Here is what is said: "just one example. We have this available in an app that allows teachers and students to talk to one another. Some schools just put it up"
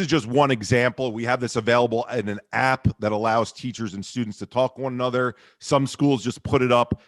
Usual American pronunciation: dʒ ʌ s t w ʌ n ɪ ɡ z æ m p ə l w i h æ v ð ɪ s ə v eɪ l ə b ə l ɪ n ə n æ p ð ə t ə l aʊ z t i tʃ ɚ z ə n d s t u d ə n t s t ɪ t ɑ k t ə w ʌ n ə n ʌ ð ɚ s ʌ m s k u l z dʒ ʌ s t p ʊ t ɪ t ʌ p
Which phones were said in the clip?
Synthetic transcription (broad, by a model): dʒ ʌ s t w ʌ n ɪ ɡ z æ m p l w i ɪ v ð ɪ s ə v eɪ l ə b l ɪ n ə n æ p ð ə t ə l aʊ z t i tʃ ɚ z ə n s t u d n t s t ɪ t ɑ k t ə w ʌ n ə n ʌ ð ɚ s ʌ m s k u l z dʒ ʌ s p ʊ t ɪ t ʌ p